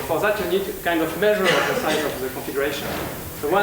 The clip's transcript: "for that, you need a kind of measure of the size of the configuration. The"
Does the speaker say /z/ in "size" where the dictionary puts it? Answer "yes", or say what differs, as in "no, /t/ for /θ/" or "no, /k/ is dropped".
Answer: no, /z/ is dropped